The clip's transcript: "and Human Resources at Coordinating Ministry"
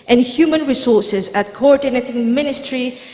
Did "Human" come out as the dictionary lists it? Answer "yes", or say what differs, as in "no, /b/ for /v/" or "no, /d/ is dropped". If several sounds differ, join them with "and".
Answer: yes